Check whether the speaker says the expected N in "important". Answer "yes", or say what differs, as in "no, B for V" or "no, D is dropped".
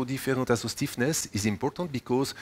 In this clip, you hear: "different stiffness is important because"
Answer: no, N is dropped